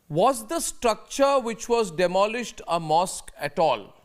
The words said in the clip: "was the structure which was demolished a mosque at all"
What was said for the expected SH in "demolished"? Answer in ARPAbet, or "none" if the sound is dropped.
SH